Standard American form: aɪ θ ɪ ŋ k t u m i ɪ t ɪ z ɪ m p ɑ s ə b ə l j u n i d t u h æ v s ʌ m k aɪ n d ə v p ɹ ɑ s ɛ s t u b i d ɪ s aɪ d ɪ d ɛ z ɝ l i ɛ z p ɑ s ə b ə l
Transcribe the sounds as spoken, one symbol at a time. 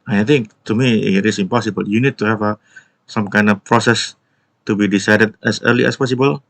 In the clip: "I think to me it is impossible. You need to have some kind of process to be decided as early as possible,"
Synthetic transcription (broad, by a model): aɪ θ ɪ ŋ k t u m i ɪ t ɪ s ɪ m p ɑ s ə b ə l j u n i d t u h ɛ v s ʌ m k aɪ n d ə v p ɹ ɑ s ɛ s t u b i d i s aɪ d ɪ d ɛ s ɝ l i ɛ s p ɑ s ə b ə l